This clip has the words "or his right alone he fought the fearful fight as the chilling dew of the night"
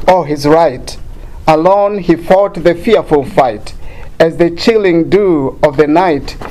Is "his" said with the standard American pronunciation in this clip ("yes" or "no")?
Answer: yes